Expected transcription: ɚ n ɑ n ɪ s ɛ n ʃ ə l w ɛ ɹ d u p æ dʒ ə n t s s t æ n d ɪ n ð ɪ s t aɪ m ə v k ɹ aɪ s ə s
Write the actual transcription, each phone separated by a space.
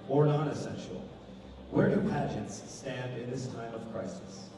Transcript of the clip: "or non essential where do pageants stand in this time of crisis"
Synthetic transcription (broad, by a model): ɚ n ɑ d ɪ s ɛ n ʃ l w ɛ ɹ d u p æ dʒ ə n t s s t æ n d ɪ n ð ɪ s t aɪ m ə v k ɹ aɪ s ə s